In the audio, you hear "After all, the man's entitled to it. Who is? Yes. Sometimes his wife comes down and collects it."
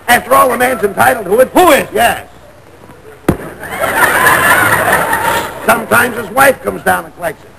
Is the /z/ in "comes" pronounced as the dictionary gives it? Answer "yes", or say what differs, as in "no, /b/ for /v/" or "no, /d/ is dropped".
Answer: yes